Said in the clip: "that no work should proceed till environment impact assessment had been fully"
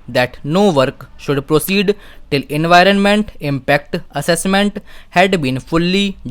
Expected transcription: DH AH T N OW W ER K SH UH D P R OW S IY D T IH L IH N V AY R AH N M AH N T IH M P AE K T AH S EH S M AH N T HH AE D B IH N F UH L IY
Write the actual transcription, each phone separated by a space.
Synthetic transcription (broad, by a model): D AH T N OW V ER K SH UH D P R OW S IY D T IH L IH N V AY R AH N M AH N T IH M P AE K T AH S EH S M AH N T HH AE D B IH N F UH L IY